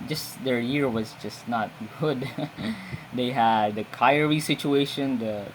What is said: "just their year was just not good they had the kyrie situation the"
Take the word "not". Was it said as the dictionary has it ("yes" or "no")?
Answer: yes